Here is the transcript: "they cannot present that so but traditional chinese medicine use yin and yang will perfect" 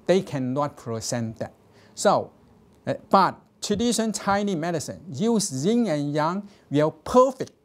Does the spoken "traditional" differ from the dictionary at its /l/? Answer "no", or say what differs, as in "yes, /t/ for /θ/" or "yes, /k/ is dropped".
yes, /n/ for /l/